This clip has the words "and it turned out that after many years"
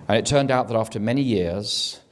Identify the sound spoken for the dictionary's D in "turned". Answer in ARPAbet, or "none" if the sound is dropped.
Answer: D